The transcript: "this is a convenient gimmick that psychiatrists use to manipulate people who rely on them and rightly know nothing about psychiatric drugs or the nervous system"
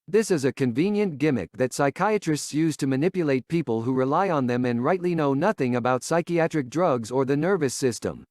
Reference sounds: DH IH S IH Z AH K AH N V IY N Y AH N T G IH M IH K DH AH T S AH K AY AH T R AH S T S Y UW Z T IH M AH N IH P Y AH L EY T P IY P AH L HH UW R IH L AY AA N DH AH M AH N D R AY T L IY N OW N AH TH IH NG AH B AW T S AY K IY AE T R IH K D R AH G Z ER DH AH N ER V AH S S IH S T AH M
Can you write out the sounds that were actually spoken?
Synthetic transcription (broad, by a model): DH IH S IH Z AH K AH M V IY N Y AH N G IH M IH K DH AH T S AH K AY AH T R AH S T S Y UW Z T IH M AH N IH P Y AH L EY T P IY P AH L HH UW R IH L AY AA N DH AH M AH N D R AY T L IY N OW N AH TH IH NG AH B AW T S AY K IY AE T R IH K D R AH G Z ER DH AH N ER V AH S S IH S T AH M